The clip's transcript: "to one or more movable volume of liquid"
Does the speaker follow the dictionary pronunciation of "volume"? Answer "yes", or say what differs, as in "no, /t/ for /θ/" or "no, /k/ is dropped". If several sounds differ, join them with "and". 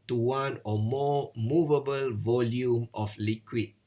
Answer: yes